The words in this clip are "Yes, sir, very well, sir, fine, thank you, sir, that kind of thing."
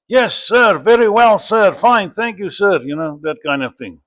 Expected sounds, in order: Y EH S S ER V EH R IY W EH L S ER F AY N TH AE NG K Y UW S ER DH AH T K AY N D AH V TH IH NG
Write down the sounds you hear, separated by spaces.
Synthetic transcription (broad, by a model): Y EH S S ER V EH R IY W EH L S ER F AY N TH AE NG K Y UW S ER DH AH T K AY N D AH V TH IH NG